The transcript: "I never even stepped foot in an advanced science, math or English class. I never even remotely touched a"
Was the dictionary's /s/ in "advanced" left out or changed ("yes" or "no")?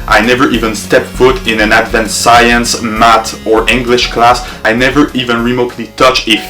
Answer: yes